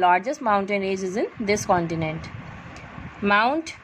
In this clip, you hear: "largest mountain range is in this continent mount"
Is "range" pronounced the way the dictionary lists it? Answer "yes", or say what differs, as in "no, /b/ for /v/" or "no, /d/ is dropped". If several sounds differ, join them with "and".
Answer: no, /n/ is dropped